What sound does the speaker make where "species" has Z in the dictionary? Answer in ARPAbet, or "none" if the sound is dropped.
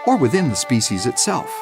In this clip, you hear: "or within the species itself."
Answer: Z